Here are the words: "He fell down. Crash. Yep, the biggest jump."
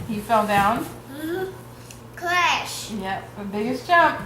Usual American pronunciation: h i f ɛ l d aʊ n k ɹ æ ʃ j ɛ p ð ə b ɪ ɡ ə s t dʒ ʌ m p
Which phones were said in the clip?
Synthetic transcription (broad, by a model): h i f ɛ l d aʊ n k l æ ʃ j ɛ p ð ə b ɪ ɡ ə s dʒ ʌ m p